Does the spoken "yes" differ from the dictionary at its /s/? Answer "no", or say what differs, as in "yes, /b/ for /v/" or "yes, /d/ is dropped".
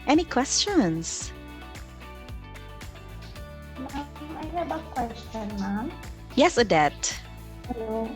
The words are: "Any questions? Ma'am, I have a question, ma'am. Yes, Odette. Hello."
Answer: no